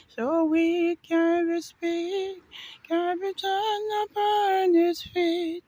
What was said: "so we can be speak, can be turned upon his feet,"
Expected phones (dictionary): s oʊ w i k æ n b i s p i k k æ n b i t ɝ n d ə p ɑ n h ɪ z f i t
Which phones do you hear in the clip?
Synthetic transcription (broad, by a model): s oʊ w i k æ n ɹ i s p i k k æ n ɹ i t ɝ n ə p ɑ n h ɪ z f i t